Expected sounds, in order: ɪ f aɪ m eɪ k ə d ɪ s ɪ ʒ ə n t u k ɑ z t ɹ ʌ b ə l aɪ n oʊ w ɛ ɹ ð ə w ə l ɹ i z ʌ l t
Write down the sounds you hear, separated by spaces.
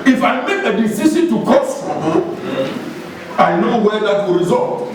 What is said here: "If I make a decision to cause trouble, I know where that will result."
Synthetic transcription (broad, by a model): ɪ f aɪ m eɪ k ə d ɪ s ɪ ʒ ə n t u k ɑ s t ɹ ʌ ə aɪ n oʊ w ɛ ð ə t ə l ɹ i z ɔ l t